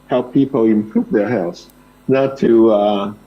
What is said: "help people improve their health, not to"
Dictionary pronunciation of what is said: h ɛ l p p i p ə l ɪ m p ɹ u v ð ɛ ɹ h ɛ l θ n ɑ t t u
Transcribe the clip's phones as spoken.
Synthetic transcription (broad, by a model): h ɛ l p p i p ə l ɪ m p ɹ u v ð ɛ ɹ h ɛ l s n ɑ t t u